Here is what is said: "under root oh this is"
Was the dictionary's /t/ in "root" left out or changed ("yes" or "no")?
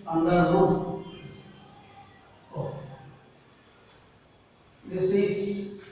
yes